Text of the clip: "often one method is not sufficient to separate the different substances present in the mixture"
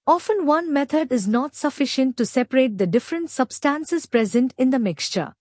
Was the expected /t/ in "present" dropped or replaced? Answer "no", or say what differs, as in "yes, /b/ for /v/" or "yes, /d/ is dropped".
no